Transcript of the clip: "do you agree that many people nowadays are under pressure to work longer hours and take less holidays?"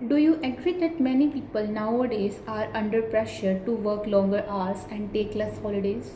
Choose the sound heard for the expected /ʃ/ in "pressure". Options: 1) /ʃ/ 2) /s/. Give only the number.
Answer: 1